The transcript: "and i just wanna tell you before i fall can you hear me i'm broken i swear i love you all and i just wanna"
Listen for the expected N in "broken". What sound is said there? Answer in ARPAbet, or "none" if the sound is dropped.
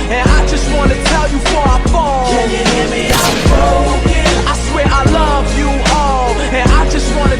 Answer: none